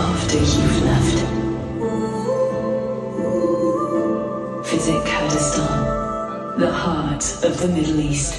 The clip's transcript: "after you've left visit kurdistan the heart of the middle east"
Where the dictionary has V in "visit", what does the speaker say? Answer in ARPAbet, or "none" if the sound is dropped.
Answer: F